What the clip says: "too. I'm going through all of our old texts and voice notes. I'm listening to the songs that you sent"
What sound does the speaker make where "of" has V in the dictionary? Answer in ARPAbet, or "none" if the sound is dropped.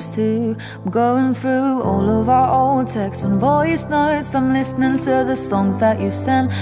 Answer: V